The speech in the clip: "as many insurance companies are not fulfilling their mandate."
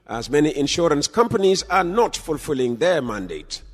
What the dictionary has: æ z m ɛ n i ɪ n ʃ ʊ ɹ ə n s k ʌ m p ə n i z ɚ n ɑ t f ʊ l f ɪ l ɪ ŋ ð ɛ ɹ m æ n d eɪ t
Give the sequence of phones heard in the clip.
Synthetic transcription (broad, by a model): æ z m ɛ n i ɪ n ʃ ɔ ɹ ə n s k ʌ m p ə n i z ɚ n ɑ t f ʊ l f ɪ l ɪ ŋ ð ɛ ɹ m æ n d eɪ t